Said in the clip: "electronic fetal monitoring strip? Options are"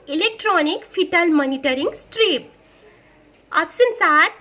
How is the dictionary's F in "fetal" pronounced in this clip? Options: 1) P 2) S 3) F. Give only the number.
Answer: 1